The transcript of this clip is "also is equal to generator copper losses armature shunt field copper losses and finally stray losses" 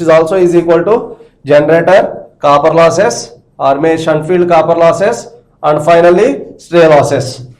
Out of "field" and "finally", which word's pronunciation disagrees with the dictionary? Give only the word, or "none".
none